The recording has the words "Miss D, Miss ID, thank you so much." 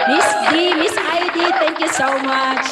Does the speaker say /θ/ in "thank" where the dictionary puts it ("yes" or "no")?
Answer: no